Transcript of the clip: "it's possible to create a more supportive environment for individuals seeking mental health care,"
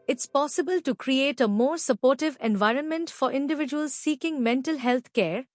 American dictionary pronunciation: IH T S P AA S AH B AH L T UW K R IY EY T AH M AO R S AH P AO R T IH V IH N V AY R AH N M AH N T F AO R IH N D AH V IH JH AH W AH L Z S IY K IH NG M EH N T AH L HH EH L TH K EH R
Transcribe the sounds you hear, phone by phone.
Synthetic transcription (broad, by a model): IH T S P AA S AH B AH L T UW K R IY EY T AH M AO R S AH P AO R T IH V IH N V AY R AH N M AH N T F AO R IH N D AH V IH JH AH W AH L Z S IY K IH NG M EH N T AH L HH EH L T K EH R